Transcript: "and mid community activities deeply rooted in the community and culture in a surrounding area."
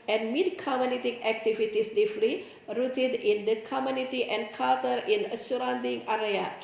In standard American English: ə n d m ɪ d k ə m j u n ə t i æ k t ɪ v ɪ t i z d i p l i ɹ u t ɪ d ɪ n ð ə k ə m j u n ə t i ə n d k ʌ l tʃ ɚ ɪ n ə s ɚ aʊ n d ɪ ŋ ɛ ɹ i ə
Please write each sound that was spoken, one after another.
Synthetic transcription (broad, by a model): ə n m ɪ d k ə m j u n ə t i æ k t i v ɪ t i s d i f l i ɹ u t ɪ d ɪ n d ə k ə m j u n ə t i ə n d k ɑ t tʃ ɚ ɪ n ə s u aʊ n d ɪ ŋ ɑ ɹ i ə